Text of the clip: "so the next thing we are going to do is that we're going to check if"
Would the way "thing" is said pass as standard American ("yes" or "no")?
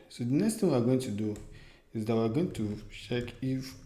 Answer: no